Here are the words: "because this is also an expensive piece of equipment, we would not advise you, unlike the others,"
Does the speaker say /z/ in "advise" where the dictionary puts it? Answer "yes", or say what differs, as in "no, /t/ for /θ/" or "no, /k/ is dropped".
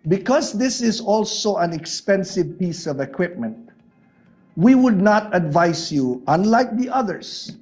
no, /s/ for /z/